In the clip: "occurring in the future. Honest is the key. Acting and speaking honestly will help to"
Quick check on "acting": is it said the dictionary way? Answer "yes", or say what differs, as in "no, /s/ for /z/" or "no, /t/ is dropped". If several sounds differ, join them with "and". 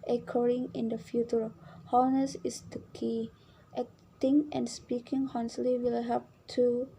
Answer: no, /k/ is dropped